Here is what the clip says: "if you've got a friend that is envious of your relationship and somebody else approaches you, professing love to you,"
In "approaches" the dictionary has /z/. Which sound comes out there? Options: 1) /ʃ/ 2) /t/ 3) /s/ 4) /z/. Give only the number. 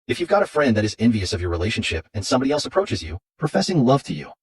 4